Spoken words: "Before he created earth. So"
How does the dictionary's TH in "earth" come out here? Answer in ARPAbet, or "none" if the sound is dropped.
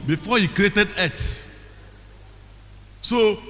S